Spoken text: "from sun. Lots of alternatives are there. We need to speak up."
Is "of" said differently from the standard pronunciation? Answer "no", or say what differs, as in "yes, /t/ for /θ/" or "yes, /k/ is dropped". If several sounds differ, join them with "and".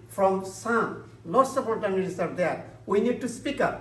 yes, /p/ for /v/